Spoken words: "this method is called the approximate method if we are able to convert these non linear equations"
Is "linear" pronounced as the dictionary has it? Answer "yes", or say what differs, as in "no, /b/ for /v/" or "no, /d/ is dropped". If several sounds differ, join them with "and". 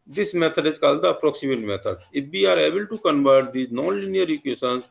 yes